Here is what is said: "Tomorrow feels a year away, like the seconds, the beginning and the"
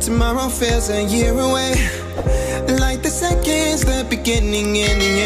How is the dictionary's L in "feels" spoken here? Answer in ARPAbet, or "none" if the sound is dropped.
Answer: none